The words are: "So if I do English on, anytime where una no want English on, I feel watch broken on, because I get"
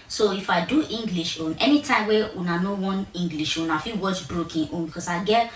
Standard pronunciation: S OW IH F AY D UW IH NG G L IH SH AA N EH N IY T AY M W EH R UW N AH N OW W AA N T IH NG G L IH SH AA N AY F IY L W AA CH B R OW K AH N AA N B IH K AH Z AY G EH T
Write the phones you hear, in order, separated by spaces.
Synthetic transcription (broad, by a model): S OW IH F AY D UW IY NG G L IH SH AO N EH N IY T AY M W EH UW N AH N OW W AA N IY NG G L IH SH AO N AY F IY W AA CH B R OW K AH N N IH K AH S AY G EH